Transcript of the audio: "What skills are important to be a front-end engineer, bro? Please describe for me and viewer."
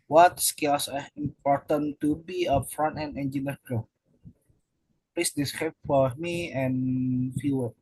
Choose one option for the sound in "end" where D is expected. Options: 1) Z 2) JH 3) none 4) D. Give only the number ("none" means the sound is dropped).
3